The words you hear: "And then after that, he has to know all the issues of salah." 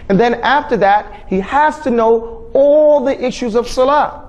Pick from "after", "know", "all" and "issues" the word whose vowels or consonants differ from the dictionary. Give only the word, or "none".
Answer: none